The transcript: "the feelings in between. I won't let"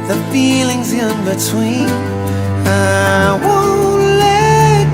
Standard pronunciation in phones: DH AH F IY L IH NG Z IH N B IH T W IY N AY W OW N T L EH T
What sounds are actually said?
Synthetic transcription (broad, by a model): DH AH F IY L IH NG Z IH N B IH T W IY N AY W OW L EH